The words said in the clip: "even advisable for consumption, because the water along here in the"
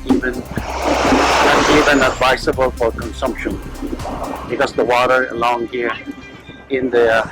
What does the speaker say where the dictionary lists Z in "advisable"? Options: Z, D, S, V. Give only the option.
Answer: S